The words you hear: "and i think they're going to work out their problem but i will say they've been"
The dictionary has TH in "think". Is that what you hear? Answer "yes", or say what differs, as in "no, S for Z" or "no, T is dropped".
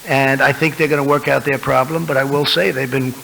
yes